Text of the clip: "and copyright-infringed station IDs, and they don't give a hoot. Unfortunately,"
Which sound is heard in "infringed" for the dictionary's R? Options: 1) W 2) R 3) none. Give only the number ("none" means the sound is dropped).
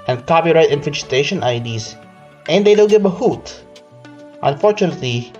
3